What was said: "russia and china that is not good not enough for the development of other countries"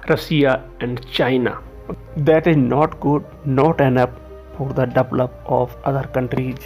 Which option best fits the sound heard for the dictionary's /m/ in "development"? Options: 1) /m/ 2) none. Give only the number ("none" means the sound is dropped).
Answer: 2